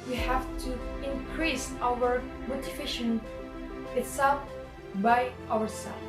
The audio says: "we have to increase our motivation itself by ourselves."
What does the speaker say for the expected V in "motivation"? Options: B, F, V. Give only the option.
F